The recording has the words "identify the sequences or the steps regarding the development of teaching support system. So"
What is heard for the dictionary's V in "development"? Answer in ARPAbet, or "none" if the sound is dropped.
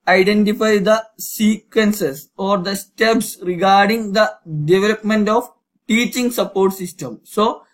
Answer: V